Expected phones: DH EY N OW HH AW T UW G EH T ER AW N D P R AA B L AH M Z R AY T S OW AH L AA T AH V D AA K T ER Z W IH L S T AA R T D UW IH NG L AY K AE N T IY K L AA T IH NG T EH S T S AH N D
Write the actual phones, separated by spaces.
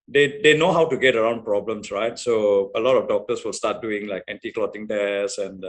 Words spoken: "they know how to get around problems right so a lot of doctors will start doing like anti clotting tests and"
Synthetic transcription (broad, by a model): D EY N OW HH AW T UW G EH T ER AW N D P R AA B L AH M S R AY T S OW AH L AA T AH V D AA K T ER S W IH L S T AA T D UW IH NG L AY K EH N T IY K L AA T IH NG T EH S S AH N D